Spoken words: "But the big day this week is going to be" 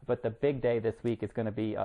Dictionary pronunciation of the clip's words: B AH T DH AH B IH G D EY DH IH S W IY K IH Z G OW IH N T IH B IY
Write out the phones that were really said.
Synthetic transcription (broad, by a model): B AH T DH AH B IH G D EY DH IH S W IY K IH Z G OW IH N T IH B IY